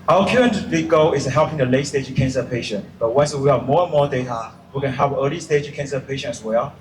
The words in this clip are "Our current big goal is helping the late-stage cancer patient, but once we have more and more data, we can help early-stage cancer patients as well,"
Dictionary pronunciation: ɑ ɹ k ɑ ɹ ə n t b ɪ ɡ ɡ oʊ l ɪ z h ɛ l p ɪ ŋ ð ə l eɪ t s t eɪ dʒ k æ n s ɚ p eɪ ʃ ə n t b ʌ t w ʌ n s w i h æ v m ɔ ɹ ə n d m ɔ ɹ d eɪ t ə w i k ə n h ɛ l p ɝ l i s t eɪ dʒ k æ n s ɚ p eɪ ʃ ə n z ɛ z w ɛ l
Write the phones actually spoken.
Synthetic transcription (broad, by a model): ɑ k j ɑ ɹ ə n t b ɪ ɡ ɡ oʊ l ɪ s h ɛ l p ɪ ŋ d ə l eɪ t s t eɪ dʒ k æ n s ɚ p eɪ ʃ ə n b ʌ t w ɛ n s w i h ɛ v m ɔ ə n m ɔ d eɪ t ə w i k ə n h ɛ l p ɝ l i s t eɪ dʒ k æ n s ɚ p eɪ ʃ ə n ɛ s w ɛ l